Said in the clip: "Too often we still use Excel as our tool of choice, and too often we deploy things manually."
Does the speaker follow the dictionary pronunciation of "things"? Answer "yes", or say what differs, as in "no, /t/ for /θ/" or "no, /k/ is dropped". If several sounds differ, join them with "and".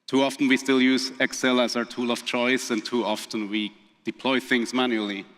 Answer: yes